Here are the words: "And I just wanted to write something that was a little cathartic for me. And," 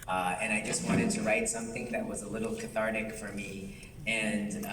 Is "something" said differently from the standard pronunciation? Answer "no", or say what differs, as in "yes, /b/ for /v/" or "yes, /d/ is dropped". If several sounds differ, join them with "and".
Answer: no